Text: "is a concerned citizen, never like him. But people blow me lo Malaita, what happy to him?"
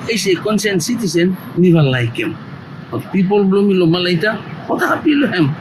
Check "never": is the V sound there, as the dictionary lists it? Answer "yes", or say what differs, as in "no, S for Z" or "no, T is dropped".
no, B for V